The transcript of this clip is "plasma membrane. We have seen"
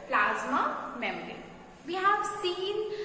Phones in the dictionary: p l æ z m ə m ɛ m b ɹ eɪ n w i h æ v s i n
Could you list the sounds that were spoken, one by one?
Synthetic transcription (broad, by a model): p l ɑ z m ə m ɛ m ɹ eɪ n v i h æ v s i n